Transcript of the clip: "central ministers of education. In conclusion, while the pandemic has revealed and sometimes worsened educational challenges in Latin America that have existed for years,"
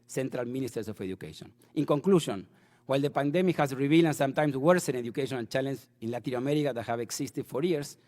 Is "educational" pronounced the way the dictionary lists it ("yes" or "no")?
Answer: no